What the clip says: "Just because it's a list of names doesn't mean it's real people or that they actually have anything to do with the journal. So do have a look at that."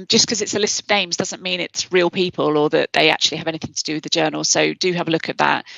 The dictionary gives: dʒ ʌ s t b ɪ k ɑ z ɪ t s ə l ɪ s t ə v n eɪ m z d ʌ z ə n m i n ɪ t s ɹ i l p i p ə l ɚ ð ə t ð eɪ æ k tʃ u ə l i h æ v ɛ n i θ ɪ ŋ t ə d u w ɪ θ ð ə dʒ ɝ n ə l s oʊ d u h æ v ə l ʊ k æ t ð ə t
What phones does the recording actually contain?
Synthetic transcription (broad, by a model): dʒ ʌ s k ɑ z ɪ t s ə l ɪ s t ə v n eɪ m z d ʌ z ə n m i n ɪ t s ɹ i l p i p ə l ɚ ð ə t ð eɪ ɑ k tʃ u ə l i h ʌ v ɛ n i θ ɪ ŋ t ə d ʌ w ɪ ð ə dʒ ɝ n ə l s oʊ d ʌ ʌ v ə l ʊ k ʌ t ð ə t